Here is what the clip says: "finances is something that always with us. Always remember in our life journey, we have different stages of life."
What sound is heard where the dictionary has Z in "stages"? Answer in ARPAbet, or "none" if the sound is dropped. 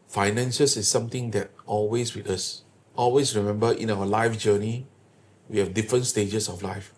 S